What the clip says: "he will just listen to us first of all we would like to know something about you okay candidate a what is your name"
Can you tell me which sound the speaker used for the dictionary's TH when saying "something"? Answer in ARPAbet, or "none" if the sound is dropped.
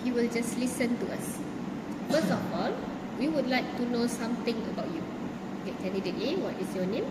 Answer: T